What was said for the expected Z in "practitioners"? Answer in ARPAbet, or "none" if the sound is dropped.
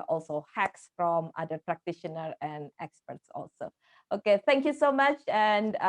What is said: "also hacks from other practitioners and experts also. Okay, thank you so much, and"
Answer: none